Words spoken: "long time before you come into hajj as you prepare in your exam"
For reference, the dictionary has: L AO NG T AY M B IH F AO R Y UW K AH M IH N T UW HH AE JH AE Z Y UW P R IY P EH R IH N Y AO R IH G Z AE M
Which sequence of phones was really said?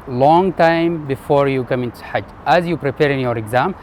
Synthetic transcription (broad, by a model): L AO NG T AY M B IH F AO R Y UW K AH M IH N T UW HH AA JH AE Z Y UW P R IY P EH R IH N Y AO R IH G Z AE M